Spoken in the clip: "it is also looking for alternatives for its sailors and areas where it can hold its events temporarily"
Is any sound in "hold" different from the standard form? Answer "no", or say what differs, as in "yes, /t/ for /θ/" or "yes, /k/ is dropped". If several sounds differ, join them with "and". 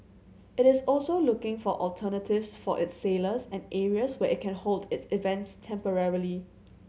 no